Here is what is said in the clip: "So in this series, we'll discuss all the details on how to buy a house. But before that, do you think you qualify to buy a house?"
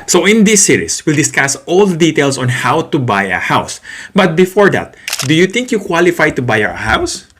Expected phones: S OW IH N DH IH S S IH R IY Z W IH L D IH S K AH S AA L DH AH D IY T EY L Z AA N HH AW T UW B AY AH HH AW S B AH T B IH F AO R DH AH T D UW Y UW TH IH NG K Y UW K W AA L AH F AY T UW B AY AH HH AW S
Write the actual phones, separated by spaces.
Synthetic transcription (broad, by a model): S OW IH N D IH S S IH R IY S W IH L D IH S K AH S AA L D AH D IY T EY L S AA N HH AW T UW B AY AH HH AW S B AH T B IH F AO R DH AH T D UW Y UW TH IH NG K Y UW K W AA L AH F AY T UW B AY AH HH AW S